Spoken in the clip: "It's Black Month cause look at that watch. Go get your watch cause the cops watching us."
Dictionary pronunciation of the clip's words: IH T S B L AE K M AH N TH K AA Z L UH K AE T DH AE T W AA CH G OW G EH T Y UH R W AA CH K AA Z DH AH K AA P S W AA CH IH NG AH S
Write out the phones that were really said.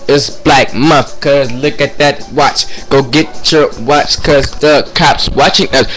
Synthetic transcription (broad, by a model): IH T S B L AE K M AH TH K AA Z L UH K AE T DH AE T W AA CH G OW G EH T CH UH W AA CH K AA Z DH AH K AA P S W AA CH IH NG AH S